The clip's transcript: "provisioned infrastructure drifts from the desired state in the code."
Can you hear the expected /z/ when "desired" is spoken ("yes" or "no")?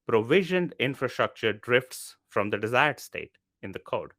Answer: yes